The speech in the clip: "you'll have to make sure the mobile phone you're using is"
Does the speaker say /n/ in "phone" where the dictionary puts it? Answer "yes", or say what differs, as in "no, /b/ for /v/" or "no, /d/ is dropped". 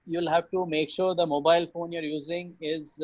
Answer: yes